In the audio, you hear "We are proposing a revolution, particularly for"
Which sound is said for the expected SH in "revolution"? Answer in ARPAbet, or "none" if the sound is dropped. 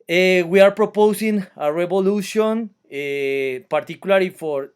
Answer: S